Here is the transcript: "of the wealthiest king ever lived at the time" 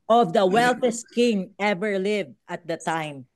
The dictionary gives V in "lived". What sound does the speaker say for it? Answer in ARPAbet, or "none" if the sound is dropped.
V